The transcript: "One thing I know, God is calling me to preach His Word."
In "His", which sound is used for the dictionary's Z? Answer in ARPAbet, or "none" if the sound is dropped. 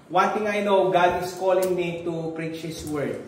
S